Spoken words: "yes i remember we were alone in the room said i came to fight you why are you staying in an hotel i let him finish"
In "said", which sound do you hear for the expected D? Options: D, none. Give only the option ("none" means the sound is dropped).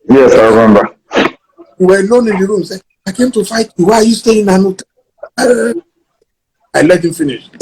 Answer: none